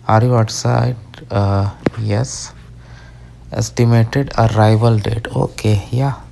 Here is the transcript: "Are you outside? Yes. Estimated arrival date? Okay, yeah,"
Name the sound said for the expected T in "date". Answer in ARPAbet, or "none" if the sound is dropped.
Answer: T